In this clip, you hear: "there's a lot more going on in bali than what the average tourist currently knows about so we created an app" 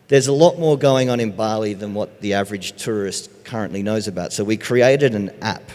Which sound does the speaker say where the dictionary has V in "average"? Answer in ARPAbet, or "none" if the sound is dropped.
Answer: V